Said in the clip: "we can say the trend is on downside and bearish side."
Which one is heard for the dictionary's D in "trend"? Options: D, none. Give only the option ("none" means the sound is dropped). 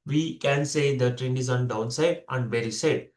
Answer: none